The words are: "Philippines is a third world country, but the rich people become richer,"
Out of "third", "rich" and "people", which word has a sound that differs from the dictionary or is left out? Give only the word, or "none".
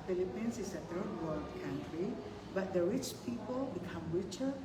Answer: third